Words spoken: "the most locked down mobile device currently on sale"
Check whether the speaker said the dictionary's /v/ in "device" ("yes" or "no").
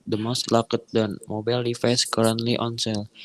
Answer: no